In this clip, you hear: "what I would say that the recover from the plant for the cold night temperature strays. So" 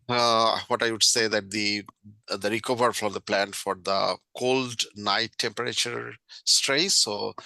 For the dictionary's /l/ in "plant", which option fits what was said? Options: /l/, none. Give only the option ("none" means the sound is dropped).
/l/